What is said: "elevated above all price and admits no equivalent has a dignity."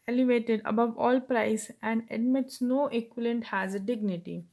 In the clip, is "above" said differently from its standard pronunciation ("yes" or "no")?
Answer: no